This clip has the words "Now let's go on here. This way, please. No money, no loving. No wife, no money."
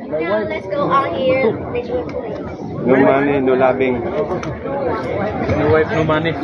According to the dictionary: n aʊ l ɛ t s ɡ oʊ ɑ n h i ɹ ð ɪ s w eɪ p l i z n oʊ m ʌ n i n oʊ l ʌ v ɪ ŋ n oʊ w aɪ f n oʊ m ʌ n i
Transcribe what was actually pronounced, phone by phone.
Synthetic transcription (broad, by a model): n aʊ l ɛ t s ɡ oʊ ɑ l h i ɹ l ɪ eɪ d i n oʊ m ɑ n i n oʊ l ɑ b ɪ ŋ n oʊ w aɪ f n oʊ m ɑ n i